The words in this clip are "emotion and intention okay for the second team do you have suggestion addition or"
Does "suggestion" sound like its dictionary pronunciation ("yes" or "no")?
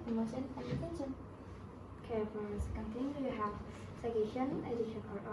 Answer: no